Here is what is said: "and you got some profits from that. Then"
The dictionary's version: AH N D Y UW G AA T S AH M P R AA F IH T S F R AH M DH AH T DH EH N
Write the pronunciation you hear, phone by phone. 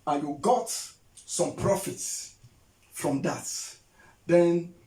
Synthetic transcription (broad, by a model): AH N Y UW G AA T S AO M P R AA F IH T S F R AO M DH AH T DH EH N